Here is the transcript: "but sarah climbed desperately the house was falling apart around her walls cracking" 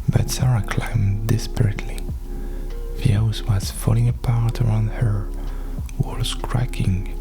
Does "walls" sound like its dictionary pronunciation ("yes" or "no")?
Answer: no